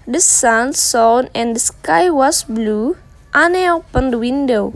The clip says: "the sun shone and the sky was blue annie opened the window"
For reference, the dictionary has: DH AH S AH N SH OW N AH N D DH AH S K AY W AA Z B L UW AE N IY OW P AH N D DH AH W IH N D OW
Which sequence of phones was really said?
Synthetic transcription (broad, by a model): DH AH S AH N S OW N AH N D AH S K AY W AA S B L UW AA N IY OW P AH N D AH W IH N D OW